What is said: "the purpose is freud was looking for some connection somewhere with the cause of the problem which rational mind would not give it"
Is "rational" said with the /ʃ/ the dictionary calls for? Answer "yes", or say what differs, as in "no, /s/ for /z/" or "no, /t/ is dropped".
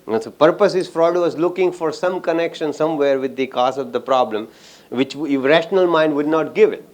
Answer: yes